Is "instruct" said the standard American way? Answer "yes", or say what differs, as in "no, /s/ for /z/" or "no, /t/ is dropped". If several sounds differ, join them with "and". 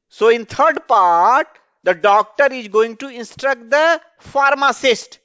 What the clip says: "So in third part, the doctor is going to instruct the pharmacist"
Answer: yes